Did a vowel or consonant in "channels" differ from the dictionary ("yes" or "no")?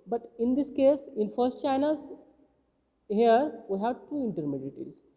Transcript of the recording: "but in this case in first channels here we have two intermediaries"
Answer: yes